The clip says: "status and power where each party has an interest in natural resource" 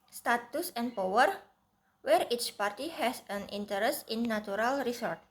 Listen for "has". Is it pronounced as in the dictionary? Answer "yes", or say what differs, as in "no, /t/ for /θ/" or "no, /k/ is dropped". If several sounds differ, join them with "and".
no, /s/ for /z/